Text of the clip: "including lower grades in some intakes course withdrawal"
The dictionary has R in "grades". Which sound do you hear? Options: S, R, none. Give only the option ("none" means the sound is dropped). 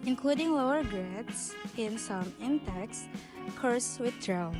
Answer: none